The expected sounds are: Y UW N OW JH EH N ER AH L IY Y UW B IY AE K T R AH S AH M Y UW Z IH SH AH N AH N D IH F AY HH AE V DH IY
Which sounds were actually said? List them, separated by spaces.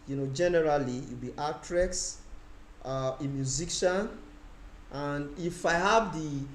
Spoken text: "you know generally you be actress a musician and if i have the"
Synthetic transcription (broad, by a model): Y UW N OW JH EH N ER AH L IY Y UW B IY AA T R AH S AH M Y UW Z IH SH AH N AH N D IH F AY HH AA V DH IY